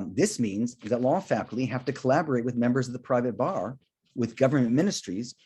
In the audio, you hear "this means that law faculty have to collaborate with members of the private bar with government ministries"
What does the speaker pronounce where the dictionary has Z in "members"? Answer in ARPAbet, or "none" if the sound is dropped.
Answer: Z